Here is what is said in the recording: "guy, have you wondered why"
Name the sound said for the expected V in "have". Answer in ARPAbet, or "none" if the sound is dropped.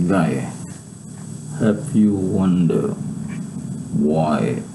P